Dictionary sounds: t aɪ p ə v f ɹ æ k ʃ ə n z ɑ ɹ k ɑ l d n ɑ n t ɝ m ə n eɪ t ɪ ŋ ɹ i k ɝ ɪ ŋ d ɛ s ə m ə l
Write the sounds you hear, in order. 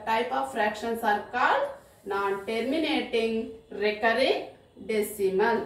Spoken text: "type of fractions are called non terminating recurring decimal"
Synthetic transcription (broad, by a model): t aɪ p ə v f ɹ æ k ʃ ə n s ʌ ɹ k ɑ d n ɑ n t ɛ m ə n eɪ t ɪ ŋ ɹ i k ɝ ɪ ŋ d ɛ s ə m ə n